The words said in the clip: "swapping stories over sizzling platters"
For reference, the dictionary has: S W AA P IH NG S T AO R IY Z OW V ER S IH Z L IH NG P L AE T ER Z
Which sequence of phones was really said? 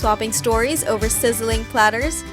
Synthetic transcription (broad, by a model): AA P IH NG S T AO R IY Z OW V ER S IH Z L IH NG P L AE T ER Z